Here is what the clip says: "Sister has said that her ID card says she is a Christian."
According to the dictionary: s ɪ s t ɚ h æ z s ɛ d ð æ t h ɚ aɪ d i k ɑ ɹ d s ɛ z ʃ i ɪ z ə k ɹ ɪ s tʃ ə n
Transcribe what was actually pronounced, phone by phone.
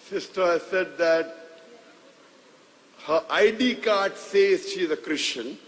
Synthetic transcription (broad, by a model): s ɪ s t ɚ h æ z s ɛ d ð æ t h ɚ aɪ d i k ɑ ɹ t s ɛ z ʃ i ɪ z ə k ɹ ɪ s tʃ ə n